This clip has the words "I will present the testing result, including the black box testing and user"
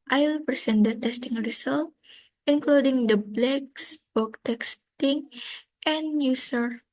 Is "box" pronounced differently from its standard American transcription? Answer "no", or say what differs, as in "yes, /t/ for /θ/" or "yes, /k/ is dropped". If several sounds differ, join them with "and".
yes, /s/ is dropped